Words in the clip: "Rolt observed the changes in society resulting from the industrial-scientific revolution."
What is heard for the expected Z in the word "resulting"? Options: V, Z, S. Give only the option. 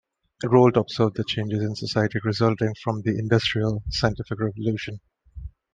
Z